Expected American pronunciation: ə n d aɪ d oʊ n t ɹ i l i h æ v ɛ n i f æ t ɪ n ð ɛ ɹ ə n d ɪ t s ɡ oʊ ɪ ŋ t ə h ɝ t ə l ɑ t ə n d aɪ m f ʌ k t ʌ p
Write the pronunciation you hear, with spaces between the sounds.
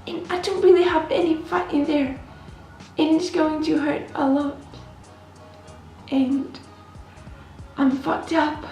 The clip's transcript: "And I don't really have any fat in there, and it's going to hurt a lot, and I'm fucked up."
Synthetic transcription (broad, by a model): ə n aɪ d oʊ n t ɹ i l i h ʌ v ɛ n i f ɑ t ɪ n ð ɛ ɹ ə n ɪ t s ɡ oʊ ɪ ŋ t ə h ɝ t ə l ɑ t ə n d aɪ m f ʌ k t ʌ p